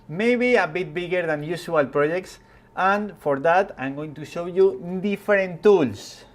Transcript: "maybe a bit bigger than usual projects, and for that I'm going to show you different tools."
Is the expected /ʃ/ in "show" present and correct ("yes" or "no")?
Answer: yes